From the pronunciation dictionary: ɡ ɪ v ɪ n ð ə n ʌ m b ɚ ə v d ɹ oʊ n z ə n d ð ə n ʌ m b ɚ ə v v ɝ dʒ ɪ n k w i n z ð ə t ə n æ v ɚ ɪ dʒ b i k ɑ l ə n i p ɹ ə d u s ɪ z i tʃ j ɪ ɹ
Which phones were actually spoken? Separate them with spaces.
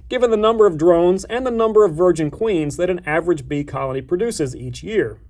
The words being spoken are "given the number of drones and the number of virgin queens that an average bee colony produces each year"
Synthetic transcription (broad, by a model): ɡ ɪ v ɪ n ð ə n ʌ m b ɚ ə v d ɹ oʊ n z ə n ð ə n ʌ m b ɚ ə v v ɝ dʒ ɪ n k w i n z ð ə t ə n æ v ɚ ɪ dʒ b i k ɑ l ə n i p ɹ ə d u s ɪ z i tʃ j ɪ ɹ